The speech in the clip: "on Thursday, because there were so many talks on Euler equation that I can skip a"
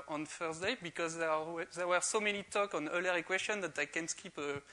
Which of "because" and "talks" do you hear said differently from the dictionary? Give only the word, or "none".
talks